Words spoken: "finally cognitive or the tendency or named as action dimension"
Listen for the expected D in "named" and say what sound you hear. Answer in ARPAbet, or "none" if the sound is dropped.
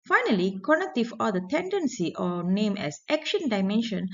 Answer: none